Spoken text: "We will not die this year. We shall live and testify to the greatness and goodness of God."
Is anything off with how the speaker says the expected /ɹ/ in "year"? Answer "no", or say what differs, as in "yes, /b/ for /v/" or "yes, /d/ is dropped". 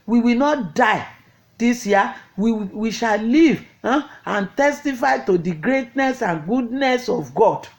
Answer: yes, /w/ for /ɹ/